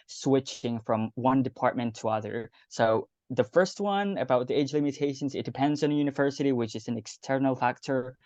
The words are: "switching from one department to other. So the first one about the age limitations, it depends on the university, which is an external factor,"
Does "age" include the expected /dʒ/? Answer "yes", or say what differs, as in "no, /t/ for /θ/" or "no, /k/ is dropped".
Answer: yes